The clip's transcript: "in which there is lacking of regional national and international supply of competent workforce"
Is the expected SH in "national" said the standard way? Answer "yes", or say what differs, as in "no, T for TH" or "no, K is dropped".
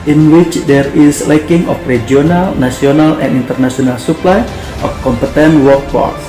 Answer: no, S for SH